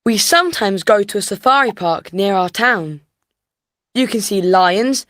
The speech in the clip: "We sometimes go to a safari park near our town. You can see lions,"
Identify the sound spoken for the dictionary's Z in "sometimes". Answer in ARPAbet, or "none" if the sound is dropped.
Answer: Z